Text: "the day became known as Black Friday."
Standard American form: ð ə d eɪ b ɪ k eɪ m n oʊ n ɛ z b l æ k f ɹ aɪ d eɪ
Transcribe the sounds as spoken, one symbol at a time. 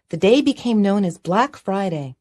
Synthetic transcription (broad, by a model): ð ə d eɪ b ɪ k eɪ m n oʊ n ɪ z b l æ k f ɹ aɪ d eɪ